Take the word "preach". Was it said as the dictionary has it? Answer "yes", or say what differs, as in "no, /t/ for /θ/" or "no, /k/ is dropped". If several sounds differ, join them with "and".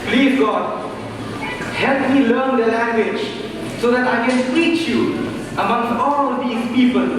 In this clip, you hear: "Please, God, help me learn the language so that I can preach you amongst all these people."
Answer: no, /ɹ/ is dropped